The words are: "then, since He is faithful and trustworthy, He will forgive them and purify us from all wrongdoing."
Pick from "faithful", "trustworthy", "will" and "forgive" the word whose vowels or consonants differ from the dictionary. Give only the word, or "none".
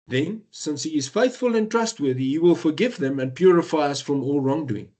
none